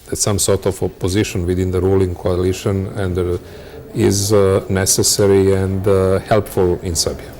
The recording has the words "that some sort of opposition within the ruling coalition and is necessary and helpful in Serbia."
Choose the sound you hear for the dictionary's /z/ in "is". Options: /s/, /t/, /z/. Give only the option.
/z/